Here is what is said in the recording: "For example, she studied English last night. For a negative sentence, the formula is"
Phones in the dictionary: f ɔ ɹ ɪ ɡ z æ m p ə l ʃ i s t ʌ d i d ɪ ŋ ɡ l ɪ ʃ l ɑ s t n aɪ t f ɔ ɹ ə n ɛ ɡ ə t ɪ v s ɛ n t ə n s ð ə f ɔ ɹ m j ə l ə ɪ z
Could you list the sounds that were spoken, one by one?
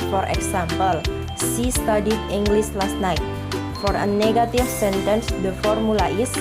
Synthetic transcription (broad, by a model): f ɔ ɹ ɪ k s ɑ m p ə l s i s t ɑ d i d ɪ ŋ ɡ l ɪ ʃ l ɑ s t n aɪ t f ɔ ɹ ə n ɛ ɡ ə t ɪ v s ɛ n t ə n s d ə f ɔ ɹ m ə l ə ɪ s